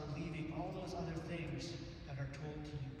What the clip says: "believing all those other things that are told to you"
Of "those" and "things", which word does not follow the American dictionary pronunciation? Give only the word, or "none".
none